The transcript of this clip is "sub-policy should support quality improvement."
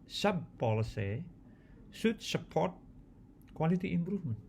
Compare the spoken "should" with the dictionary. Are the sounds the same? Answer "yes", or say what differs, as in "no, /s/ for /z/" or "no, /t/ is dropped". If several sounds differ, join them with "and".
no, /s/ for /ʃ/